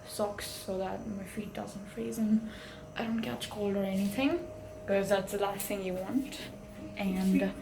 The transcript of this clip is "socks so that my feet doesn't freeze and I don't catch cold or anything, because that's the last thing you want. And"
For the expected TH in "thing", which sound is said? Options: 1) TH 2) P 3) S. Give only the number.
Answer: 1